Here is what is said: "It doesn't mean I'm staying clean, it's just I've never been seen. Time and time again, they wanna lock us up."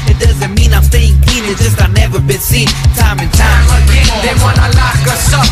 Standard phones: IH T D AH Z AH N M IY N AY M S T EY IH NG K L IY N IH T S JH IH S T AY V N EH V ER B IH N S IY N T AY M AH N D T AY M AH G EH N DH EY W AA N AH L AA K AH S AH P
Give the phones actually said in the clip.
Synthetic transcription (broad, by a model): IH T D AH Z AH N M IY N AY M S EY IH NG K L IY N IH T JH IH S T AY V N EH V ER B IH N S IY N T AY M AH N T AY M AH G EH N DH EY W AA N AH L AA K AH S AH